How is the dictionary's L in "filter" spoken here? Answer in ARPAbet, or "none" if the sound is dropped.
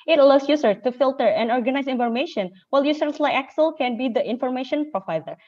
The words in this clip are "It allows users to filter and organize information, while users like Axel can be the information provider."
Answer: L